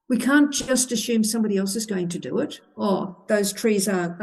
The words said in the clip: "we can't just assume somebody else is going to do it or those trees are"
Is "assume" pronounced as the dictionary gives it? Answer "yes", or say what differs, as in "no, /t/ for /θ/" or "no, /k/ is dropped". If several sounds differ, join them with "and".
yes